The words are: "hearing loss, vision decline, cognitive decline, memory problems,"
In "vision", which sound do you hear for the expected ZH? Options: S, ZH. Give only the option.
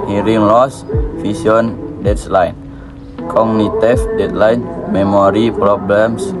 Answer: S